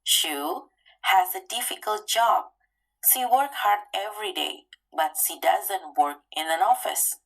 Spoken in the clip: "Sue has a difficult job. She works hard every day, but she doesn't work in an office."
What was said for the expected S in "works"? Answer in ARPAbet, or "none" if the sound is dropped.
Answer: none